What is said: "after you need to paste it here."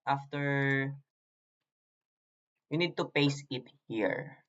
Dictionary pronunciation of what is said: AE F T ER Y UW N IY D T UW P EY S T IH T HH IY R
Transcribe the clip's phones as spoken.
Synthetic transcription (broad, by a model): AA F T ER Y UW N IY D T UW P EY S IH T HH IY R